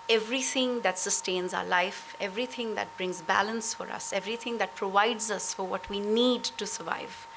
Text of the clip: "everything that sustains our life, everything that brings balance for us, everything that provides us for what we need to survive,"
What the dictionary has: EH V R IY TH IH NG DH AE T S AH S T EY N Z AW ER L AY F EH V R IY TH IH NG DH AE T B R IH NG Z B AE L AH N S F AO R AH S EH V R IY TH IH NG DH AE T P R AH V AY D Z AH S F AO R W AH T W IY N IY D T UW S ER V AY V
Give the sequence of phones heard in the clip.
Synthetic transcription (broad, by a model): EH V R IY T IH NG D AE T S AH S T EY N Z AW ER L AY F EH V R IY T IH NG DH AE T B R IH NG Z B AE L AH N S F AO R AH S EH V R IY T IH NG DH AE T P R AH V AY D Z AH S F AO R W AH T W IY N IY D T UW S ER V AY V